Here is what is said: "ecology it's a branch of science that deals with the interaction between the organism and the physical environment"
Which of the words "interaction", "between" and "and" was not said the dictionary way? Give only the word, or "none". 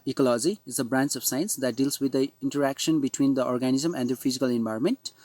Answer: none